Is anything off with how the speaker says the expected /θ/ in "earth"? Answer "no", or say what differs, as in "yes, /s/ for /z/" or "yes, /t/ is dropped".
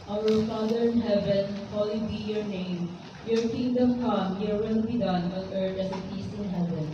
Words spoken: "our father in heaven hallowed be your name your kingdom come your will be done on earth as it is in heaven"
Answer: yes, /t/ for /θ/